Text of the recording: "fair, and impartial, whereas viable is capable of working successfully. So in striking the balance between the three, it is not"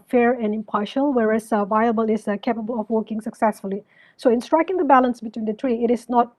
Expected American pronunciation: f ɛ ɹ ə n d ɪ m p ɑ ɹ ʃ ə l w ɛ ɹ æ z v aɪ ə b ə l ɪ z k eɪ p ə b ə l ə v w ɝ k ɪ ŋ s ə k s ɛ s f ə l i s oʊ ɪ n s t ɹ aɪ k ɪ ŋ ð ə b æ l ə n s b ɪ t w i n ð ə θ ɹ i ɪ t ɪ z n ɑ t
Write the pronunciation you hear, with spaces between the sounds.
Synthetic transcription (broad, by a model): f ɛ ɹ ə n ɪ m p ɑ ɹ ʃ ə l w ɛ ɹ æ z v aɪ ə b ə l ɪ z k eɪ p ə b ə l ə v w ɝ k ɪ ŋ s ə k s ɛ s f ə l i s oʊ ɪ n s t ɹ aɪ k ɪ ŋ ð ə b æ l ə n s b ɪ t w i n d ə t ɹ i ɪ t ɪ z n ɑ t